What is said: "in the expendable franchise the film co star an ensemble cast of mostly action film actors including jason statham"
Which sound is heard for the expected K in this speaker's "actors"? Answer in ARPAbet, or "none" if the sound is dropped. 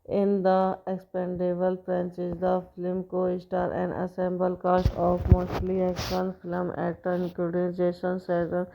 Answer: none